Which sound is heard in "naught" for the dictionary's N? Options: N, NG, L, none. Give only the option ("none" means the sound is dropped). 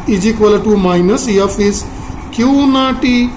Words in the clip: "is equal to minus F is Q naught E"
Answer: N